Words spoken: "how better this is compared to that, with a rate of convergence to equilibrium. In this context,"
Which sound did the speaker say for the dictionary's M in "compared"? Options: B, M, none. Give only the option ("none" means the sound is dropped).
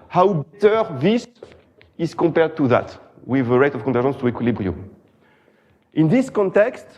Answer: M